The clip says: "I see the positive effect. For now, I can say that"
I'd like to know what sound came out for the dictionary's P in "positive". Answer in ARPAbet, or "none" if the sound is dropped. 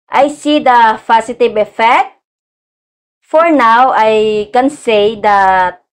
F